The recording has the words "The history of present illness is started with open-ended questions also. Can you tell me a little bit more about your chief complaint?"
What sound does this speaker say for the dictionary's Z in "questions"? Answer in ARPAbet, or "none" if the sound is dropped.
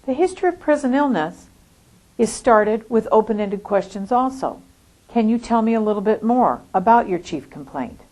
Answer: Z